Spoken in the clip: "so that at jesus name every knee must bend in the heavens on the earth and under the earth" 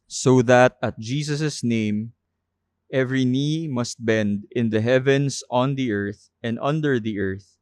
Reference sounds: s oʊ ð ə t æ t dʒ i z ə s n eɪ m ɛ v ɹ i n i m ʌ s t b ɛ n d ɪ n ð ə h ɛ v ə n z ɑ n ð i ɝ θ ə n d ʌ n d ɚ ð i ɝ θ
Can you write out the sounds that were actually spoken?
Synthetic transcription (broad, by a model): s oʊ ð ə t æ t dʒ i s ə s n eɪ m ɛ v ɹ i n i m ʌ s t b ɛ n d ɪ n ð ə h ɛ v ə n s ɑ n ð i ɝ θ ə n d ʌ n d ɚ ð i ɝ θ